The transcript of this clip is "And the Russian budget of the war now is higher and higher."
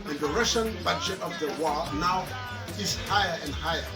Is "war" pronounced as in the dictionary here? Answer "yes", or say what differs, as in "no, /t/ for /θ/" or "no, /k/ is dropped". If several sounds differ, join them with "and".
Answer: no, /l/ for /ɹ/